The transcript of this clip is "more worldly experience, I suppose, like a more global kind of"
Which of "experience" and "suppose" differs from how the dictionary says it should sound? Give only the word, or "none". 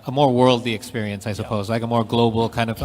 none